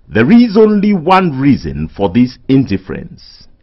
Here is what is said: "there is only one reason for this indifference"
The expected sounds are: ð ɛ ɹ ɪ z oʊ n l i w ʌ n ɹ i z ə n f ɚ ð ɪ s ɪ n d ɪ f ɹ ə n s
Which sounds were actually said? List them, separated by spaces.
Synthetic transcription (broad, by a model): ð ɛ ɹ ɪ z oʊ n l i w ʌ n ɹ i z ə n f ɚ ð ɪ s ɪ n d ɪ f ɹ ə n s